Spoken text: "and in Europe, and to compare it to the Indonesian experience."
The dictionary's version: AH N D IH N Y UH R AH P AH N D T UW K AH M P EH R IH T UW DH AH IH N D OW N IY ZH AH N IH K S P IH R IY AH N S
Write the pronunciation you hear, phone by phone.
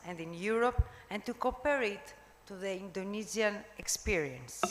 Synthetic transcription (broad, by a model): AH N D IH N Y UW R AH P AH N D T UW K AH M P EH R IH T UW DH AH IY N D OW N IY Z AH N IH K S P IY R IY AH N S